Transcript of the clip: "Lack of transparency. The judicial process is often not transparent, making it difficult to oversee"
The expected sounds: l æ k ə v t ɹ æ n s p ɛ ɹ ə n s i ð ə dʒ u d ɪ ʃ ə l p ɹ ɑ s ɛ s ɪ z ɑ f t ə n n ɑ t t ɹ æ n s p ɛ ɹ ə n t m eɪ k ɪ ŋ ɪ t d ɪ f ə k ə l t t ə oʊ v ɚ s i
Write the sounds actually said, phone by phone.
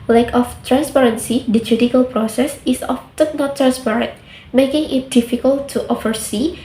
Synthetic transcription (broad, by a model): l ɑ k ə f t ɹ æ n s p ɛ ɹ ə n s i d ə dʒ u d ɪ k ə l p ɹ ɑ s ɛ s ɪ s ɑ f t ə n n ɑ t t ɹ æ n s p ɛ ɹ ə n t m eɪ k ɪ ŋ ɪ t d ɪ f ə k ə l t t ə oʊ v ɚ s i